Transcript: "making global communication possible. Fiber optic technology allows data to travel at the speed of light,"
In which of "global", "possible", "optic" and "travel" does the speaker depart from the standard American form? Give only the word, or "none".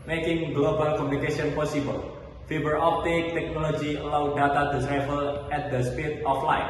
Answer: travel